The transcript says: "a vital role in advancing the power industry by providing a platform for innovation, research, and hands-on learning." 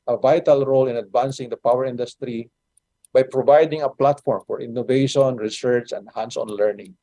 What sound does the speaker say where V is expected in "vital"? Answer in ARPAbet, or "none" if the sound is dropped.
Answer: V